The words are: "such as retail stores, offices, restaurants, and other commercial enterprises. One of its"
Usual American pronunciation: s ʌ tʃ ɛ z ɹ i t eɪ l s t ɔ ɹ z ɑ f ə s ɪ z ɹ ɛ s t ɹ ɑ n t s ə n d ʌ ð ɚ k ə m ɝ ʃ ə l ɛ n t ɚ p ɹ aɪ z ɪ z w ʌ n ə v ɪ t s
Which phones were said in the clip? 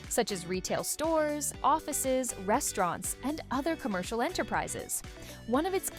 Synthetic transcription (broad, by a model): s ʌ tʃ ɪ z ɹ i t eɪ l s t ɔ ɹ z ɑ f ə s ɪ z ɹ ɛ s t ɹ ɑ n t s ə n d ʌ ð ɚ k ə m ɝ ʃ l ɛ n t ɚ p ɹ aɪ z ɪ z w ʌ n ə v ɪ t s